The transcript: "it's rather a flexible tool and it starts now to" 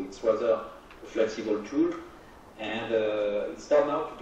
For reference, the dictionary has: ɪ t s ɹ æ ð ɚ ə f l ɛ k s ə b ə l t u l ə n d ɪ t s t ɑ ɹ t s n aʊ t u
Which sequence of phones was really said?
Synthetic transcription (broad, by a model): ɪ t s w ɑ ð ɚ ə f l ɛ k s ə b ə l t u l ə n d ɪ t s t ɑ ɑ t n aʊ t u